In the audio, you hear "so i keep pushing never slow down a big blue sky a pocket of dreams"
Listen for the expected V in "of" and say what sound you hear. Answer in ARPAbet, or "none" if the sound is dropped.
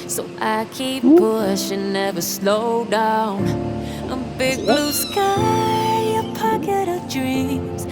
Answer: V